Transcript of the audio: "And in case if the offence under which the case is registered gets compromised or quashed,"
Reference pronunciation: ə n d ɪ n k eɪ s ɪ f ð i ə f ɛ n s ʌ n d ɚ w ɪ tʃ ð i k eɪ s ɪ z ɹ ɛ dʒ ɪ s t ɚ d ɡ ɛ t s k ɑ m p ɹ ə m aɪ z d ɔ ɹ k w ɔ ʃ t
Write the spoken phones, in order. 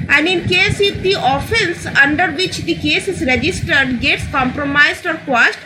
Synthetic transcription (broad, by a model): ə n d ɪ n k eɪ s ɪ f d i ə f ɛ n s ʌ n d ɚ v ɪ tʃ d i k eɪ s ɪ z ɹ ɛ dʒ ɪ s t ɚ d ɡ ɛ t s k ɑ m p ɹ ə m aɪ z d ɔ ɹ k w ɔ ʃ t